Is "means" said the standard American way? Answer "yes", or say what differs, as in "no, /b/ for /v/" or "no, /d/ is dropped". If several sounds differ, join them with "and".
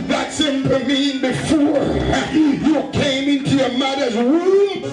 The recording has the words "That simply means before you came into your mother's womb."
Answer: no, /z/ is dropped